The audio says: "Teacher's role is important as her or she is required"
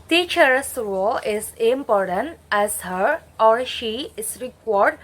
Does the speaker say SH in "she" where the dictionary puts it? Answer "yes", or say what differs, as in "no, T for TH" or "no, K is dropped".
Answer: yes